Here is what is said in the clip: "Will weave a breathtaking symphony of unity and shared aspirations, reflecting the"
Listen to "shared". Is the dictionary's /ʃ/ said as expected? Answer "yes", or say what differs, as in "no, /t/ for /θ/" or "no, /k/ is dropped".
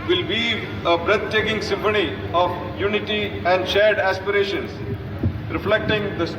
yes